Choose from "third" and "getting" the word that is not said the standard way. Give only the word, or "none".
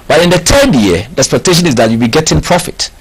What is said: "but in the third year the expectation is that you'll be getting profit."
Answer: third